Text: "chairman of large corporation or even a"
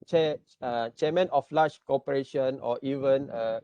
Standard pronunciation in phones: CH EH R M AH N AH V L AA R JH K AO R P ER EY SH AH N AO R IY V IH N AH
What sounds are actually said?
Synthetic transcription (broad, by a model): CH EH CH M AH N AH F L AA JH K AO P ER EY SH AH N AO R IY V IH N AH